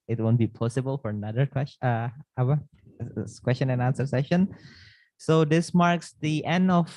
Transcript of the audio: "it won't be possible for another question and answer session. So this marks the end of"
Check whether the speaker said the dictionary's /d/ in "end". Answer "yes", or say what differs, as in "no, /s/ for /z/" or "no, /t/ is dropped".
yes